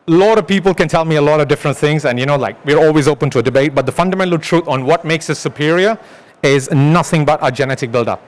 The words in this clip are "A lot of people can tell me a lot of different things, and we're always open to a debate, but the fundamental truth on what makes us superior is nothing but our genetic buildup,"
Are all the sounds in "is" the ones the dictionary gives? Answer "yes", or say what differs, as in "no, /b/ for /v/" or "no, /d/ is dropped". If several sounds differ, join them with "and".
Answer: yes